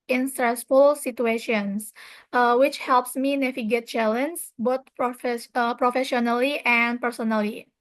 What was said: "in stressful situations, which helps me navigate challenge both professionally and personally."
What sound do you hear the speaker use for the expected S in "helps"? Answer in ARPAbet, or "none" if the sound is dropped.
S